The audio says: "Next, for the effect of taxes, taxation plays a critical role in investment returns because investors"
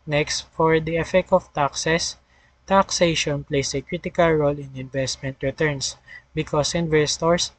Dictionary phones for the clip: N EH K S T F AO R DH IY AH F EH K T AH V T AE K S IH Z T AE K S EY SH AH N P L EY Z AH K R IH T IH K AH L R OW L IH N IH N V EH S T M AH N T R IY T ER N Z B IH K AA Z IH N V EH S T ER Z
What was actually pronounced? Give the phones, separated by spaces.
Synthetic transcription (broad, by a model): N EH K S T F AO R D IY AH F EH K T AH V T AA K S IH S T AE K S EY SH AH N P L EY S AH K R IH T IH K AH L R OW L IH N IH N V EH S T M AH N T R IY T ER N S B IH K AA S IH N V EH S T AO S